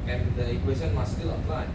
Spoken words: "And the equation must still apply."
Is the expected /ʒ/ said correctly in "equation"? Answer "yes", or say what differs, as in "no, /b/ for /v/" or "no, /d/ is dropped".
no, /s/ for /ʒ/